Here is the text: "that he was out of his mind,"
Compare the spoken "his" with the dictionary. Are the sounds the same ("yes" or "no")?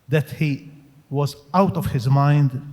yes